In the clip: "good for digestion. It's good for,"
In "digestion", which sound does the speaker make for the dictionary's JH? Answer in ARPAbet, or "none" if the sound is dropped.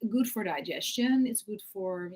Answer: JH